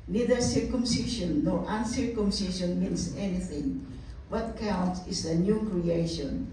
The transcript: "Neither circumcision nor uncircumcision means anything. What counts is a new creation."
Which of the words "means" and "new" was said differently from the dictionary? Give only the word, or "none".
means